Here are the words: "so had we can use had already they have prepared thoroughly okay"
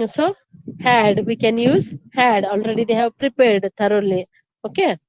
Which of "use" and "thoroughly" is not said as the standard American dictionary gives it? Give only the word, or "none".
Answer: thoroughly